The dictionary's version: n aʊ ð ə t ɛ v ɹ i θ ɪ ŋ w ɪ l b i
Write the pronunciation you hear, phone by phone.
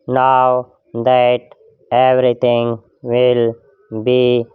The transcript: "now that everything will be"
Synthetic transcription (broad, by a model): n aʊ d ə t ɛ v ɹ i t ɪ ŋ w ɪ l b i